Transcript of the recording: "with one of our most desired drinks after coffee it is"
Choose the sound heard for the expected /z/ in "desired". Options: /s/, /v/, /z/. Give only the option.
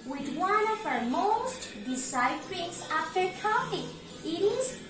/s/